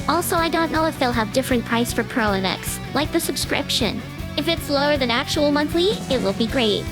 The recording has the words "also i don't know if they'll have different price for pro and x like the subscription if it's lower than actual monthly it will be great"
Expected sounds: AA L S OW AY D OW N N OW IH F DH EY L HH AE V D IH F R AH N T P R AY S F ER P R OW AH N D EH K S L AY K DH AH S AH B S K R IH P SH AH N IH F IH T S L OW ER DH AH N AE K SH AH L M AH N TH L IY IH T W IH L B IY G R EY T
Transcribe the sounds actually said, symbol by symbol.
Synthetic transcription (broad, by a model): AA L S OW AY D OW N N OW IH F DH EY L HH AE V D IH F R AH N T P R AY S F ER P R OW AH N EH K S L AY K DH AH S AH B S K R IH P SH AH N IH F IH T S L OW ER DH AH N AE K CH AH L M AH N TH L IY IH T W IH L B IY G R EY T